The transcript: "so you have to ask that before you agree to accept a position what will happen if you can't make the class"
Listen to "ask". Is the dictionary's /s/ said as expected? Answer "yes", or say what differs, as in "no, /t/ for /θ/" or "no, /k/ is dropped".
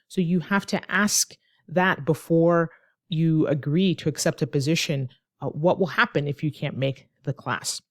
yes